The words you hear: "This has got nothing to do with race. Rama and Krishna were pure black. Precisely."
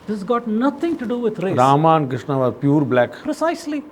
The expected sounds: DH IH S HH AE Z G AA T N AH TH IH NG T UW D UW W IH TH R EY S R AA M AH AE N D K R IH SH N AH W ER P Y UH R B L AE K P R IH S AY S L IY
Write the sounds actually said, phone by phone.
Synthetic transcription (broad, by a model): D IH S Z G AA T N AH T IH NG T UW D UW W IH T R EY R AA M AH N K R IH SH N AH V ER P Y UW R B L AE K P R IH S AY S L IY